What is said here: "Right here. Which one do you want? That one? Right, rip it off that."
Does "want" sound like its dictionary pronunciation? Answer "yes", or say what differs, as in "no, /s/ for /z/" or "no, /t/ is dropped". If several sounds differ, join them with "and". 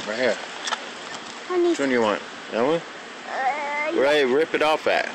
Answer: yes